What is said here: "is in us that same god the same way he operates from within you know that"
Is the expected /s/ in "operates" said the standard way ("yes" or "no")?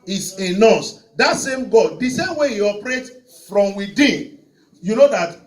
no